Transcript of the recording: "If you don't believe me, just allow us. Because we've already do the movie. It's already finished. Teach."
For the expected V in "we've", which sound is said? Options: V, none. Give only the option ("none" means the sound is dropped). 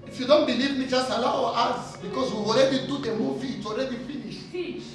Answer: none